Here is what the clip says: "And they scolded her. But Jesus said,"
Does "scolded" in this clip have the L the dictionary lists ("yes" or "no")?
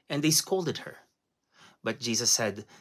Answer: yes